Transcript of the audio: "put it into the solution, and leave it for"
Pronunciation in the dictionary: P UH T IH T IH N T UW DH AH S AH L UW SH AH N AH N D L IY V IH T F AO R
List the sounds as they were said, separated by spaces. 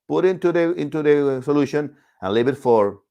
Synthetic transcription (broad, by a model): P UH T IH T IH N T UW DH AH S AH L UW SH AH N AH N L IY B IH T F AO R